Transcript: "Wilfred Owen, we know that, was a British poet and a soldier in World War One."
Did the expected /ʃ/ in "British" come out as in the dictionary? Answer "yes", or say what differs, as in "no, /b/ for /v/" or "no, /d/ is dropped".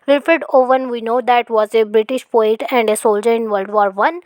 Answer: yes